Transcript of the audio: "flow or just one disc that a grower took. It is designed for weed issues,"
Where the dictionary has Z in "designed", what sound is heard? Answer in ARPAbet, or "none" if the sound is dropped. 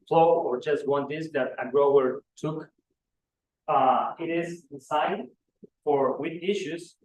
S